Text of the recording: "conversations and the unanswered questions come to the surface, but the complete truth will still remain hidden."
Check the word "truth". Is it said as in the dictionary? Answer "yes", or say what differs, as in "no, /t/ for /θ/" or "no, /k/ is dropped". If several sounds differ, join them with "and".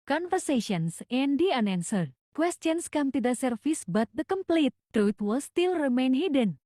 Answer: no, /t/ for /θ/